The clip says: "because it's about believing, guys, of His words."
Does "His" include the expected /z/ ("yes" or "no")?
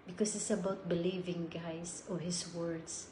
no